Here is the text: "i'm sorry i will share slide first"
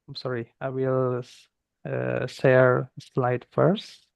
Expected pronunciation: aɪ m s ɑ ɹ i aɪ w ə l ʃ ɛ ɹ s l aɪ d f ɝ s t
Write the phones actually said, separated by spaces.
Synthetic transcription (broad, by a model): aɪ m s ɑ ɹ i aɪ w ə l s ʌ ɹ s l aɪ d f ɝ s t